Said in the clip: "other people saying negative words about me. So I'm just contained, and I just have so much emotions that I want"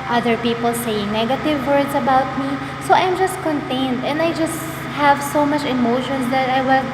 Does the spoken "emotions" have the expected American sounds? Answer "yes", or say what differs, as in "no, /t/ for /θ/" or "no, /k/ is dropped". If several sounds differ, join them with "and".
no, /s/ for /z/